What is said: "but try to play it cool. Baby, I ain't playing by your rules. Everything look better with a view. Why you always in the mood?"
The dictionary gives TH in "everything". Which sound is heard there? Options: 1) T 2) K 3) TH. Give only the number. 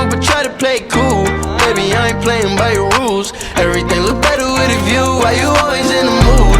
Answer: 3